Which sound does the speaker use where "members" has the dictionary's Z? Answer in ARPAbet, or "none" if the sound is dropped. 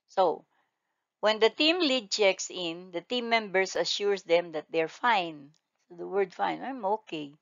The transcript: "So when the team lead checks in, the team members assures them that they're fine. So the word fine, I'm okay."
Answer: S